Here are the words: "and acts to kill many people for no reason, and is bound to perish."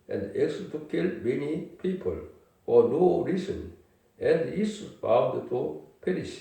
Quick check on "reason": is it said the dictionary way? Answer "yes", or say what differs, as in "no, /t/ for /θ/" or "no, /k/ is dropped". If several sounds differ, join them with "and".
no, /s/ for /z/